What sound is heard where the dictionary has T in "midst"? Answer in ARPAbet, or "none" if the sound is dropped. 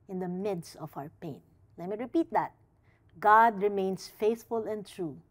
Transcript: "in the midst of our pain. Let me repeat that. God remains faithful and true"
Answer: T